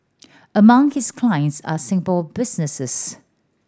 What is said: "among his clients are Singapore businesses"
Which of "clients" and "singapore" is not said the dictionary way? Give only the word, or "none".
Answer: singapore